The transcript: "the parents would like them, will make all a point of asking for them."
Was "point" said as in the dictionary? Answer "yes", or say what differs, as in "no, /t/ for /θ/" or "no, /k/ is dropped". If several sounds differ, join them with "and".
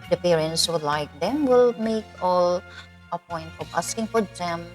yes